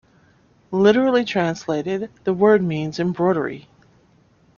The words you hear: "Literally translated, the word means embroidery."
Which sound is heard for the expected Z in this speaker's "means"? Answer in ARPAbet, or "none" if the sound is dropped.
Z